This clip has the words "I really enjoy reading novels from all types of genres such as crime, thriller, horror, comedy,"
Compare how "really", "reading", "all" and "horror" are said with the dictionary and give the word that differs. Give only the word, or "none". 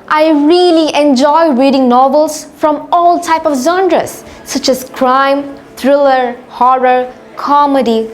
none